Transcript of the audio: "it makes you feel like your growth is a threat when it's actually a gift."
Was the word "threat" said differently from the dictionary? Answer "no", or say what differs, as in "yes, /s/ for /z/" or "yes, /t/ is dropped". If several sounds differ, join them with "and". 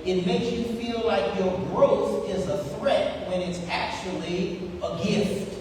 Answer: no